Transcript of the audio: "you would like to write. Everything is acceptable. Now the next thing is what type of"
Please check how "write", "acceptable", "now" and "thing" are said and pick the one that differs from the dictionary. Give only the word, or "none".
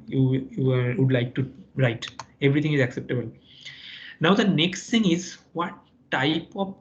thing